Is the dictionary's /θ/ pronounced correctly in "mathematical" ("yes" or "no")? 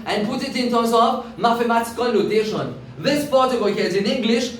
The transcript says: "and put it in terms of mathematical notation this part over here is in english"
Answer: no